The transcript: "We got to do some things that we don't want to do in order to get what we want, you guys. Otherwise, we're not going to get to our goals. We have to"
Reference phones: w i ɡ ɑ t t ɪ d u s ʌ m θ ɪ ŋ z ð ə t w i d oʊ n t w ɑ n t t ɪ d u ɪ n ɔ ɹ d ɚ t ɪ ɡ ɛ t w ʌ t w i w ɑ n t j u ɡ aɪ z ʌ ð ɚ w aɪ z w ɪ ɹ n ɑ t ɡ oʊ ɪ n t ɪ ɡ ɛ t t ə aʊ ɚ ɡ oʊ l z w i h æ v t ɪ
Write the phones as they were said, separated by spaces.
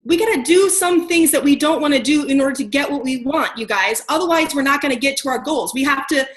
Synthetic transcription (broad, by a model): w i ɡ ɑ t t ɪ d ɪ s ʌ m θ ɪ ŋ z ð ə t w i d oʊ n t w ɑ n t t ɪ d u ɪ n ɔ ɹ d ɚ t ɪ ɡ ɛ t w ʌ t w i w ɑ n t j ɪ ɡ aɪ z ʌ ð ɚ w aɪ z w ɪ ɹ n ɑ t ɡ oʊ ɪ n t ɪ ɡ ɛ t t ə aʊ ɚ ɡ oʊ l z w i h æ f t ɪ